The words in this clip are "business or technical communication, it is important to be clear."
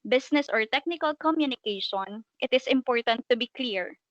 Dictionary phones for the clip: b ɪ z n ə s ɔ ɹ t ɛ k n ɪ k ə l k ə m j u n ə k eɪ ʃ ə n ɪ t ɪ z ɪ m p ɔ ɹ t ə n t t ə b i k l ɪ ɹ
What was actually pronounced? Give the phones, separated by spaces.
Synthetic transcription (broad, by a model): b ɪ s n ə s ɔ ɹ t ɛ k n ɪ k ə l k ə m j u n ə k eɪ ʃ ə n ɪ t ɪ s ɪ m p ɔ ɹ t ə n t t ə b i k l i ɹ